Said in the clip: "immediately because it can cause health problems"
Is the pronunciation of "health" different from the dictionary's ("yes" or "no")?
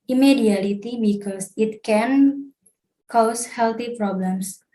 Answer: yes